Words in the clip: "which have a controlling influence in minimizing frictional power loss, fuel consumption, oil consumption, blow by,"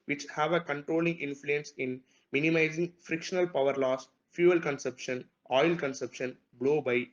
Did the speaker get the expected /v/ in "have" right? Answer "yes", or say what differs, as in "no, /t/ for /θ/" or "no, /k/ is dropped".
yes